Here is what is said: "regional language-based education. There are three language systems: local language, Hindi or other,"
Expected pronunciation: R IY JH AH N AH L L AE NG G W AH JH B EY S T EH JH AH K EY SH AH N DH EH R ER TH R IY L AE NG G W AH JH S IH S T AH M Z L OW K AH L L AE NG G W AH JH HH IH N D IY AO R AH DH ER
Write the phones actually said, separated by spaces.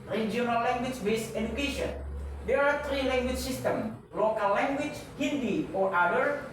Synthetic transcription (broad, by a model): R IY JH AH N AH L L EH NG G W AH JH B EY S EH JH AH K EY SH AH N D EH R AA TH R IY L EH NG G W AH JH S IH S T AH M L OW K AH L L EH NG G W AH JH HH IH N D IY AO R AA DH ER